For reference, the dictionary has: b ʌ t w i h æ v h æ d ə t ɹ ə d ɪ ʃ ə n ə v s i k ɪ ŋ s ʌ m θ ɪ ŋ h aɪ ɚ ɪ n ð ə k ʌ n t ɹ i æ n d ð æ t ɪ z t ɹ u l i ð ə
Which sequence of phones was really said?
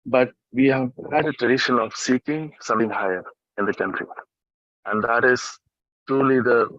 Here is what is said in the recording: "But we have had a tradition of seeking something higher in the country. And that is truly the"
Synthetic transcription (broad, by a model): b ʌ t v i h æ v h æ d ə t ɹ ə d ɪ ʃ ə n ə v s i k ɪ ŋ s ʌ m t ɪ ŋ h aɪ ɚ ɪ n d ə k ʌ n t ɹ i æ n d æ t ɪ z t ɹ u l i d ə